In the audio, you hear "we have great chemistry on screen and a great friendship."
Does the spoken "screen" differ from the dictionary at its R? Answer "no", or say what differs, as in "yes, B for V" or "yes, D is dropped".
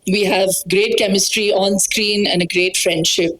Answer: no